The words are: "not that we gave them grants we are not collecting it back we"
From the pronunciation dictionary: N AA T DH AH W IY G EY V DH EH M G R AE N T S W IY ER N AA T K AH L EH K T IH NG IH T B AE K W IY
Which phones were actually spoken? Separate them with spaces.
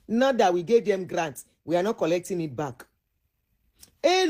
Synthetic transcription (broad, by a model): N AA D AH W IY G EY V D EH M G R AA N T W IY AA N AA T K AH L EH K T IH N IH T B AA K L